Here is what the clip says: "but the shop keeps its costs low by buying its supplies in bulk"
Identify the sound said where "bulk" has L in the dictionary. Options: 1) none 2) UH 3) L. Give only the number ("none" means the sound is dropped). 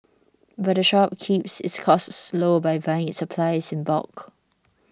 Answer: 1